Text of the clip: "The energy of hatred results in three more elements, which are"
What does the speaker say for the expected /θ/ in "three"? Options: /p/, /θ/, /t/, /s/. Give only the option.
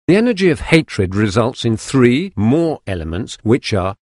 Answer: /θ/